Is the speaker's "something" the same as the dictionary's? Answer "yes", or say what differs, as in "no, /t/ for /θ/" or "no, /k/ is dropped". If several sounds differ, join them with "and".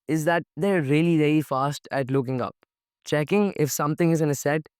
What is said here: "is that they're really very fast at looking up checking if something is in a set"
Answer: no, /t/ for /θ/